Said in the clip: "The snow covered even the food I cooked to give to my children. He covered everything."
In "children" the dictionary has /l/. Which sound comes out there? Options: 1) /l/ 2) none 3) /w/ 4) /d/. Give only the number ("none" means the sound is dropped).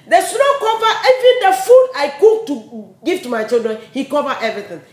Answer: 1